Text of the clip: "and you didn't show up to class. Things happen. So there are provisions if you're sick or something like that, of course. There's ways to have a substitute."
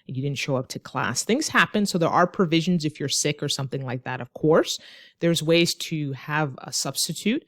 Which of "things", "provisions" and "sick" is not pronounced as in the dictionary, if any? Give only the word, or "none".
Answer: none